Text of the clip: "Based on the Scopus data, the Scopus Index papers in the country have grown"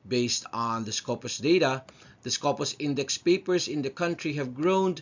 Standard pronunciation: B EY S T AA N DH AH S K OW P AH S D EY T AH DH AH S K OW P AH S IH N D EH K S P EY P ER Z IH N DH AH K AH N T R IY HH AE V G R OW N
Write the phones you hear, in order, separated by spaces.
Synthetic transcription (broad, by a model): B EY S T N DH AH S K OW P AH S D EY T AH DH AH S K OW P AH S IH N D EH K S P EY P ER Z IH N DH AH K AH N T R IY HH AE V G R OW N